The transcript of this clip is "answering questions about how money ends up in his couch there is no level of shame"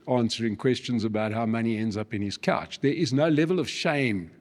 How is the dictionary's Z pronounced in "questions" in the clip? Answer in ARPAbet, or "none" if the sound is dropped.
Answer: Z